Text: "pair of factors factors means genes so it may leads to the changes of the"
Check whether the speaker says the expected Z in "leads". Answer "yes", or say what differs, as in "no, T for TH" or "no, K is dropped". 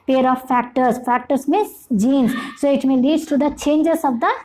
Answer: no, Z is dropped